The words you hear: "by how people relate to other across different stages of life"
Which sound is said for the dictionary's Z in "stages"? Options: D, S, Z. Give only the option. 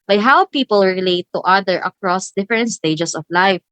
S